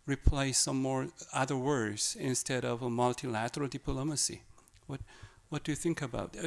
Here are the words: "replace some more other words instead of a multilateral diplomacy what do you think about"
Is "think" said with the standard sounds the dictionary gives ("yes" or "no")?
yes